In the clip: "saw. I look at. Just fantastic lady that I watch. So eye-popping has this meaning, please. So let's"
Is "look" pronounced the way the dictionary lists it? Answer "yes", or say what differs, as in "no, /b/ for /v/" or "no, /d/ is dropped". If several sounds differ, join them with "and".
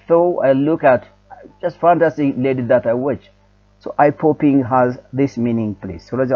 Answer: yes